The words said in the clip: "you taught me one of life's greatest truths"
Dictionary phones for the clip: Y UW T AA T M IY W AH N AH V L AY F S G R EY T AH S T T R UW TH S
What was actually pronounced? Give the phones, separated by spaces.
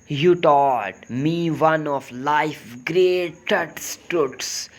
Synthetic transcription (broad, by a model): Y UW T AA T M IY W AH N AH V L AY F G R EY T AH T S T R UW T S